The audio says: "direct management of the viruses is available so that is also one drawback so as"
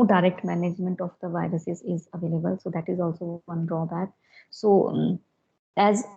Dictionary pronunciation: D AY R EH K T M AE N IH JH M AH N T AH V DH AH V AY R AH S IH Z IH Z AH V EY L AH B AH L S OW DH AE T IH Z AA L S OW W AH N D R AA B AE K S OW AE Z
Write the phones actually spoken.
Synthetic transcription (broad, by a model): D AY R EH K T M AE N IH JH M AH N T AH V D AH V AY R AH S IH Z IH Z AH V EY L AH B AH L S OW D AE T IH Z AA L S OW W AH N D R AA B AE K S OW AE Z